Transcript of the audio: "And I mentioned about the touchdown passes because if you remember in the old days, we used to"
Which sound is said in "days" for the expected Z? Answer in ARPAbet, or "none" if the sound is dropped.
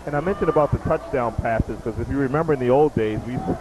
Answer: Z